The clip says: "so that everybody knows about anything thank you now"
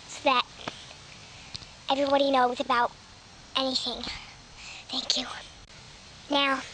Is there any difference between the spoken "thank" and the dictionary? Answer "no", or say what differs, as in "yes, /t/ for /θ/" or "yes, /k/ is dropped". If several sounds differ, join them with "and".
no